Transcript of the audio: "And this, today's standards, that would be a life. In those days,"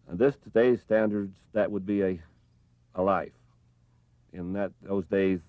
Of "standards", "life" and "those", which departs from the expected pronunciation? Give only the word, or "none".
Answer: none